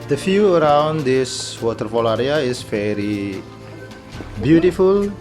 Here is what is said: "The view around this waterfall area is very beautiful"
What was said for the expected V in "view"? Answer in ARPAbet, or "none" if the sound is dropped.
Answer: F